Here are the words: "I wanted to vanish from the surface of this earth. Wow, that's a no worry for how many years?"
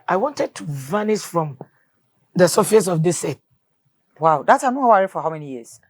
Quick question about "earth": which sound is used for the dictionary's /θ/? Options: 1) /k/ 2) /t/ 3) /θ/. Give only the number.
2